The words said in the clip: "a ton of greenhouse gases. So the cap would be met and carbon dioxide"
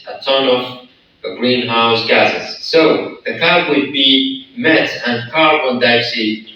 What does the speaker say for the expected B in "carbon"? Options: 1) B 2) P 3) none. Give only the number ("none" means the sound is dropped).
3